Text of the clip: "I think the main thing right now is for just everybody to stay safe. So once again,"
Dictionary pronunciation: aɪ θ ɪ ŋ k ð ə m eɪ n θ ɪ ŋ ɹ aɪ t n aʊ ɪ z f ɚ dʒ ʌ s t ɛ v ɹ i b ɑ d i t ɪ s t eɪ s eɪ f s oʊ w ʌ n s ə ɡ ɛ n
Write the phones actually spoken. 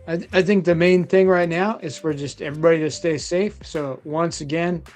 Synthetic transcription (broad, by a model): aɪ θ ɪ ŋ k ð ə m eɪ n θ ɪ ŋ ɹ aɪ t n aʊ ɪ z f ɚ dʒ ʌ s t ɛ v ɹ i b ɑ d i t ɪ s t eɪ s eɪ f s oʊ w ʌ n s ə ɡ ɛ n